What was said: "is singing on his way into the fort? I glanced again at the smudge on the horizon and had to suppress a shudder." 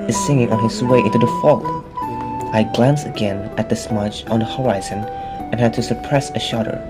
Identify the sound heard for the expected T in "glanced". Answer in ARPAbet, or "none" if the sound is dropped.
none